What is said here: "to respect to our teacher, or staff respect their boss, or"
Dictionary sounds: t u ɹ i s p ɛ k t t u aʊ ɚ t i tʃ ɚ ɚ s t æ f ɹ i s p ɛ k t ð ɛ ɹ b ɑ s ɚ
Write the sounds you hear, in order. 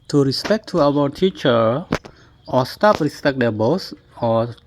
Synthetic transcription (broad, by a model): t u ɹ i s p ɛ k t t u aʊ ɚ t i tʃ ɚ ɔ s t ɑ p ɹ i s p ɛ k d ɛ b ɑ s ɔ